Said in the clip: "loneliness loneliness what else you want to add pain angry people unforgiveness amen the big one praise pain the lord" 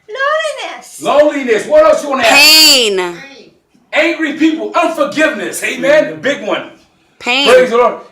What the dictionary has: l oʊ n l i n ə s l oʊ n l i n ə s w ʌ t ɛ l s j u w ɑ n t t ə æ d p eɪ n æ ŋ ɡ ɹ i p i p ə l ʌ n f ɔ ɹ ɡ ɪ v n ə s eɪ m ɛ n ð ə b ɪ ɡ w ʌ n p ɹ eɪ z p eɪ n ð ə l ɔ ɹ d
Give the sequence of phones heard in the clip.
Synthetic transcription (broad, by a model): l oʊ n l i n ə s l oʊ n l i n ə s w ʌ t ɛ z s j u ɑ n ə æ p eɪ n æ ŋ ɡ ɹ i p i p ə l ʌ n f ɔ ɹ ɡ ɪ v n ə s eɪ m ɛ n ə b ɪ ɡ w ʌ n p eɪ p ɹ eɪ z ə l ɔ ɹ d